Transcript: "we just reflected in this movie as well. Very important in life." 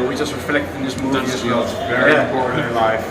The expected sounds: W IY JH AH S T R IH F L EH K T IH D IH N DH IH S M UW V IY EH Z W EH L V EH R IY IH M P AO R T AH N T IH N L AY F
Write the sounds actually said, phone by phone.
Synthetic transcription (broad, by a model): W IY JH AH S T R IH F L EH K T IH IH N DH IH S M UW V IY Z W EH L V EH IY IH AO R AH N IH L AY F